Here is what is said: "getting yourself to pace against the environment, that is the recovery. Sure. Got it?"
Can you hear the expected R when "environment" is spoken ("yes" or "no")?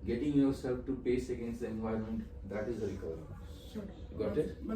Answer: no